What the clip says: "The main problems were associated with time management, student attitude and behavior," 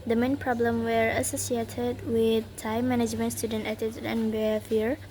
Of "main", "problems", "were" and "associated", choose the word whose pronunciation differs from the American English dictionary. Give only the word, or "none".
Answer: problems